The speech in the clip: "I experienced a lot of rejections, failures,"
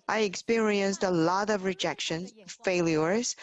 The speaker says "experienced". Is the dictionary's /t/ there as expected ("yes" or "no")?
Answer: yes